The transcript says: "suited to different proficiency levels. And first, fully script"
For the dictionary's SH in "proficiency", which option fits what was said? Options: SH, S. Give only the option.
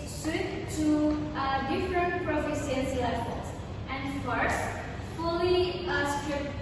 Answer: S